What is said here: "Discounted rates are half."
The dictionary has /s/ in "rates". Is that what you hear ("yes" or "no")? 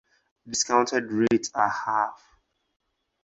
no